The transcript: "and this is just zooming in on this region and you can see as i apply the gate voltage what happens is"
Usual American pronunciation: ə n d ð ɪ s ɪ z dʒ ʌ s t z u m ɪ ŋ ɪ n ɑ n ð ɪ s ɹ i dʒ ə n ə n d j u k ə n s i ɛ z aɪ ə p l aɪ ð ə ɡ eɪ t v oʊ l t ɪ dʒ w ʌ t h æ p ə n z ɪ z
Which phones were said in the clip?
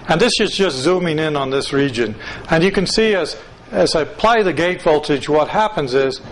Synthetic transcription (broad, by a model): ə n ð ɪ s ɪ z dʒ ʌ s t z u m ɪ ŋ ɪ n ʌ n ð ɪ s ɹ i dʒ ə n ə n j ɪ k ə n s i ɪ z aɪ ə p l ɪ ð ə ɡ eɪ t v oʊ l t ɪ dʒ w ʌ t h æ p ə n z ɪ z